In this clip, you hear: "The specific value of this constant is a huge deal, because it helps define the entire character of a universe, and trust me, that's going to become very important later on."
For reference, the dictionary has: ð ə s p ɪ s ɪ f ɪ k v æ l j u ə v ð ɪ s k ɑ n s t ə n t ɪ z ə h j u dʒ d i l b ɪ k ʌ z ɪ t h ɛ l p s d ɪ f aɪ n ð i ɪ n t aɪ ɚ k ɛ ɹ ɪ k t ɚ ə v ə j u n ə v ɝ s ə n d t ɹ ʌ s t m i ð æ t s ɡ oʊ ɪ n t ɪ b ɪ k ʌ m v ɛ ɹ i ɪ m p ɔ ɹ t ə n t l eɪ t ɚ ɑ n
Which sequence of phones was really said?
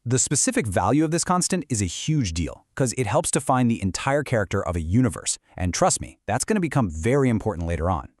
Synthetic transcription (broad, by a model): ð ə s p ɪ s ɪ f ɪ k v æ l j u ə v ð ɪ s k ɑ n s t ə n t ɪ z ə h j u dʒ d i l k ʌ z ɪ t h ɛ l p s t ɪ f aɪ n ð i ɪ n t aɪ ɚ k ɛ ɹ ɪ k t ɚ ə v ə j u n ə v ɝ s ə n t ɹ ʌ s t m i ð æ t s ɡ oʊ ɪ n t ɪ b ɪ k ʌ m v ɛ ɹ i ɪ m p ɔ ɹ t n t l eɪ t ɚ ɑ n